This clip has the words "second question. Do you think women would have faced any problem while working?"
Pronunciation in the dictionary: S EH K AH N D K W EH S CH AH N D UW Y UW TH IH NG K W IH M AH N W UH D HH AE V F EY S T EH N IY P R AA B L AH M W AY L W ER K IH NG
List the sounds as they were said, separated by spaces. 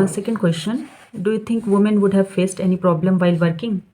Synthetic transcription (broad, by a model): S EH K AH N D K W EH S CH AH N D UW Y UW T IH NG K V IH M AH N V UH D HH AE V F EY S T EH N IY P R AA B L AH M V AY L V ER K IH NG